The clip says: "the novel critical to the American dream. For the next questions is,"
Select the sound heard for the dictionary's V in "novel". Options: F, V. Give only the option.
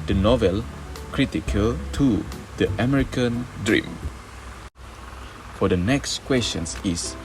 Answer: V